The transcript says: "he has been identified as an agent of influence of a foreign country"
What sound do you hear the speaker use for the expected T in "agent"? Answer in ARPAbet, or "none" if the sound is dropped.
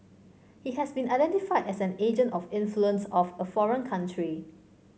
T